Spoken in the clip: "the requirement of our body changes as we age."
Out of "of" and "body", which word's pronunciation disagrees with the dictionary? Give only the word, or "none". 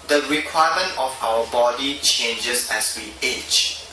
of